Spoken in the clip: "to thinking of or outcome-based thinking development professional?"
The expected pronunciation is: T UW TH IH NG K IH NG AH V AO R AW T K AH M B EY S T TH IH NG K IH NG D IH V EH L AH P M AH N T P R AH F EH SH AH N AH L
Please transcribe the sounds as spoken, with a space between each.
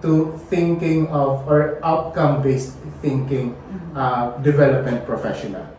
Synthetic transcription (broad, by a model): T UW TH IH NG K IH NG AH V AO R AW T K AH M B EY S T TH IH NG K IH NG D IH V EH L AH P M AH N T P R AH F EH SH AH N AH L